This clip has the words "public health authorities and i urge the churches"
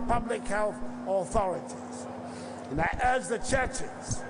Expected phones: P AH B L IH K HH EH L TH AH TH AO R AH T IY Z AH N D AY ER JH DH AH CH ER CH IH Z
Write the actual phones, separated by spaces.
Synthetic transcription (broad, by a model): P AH B L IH K HH EH L TH AH TH AO R AH T IY Z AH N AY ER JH DH AH CH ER CH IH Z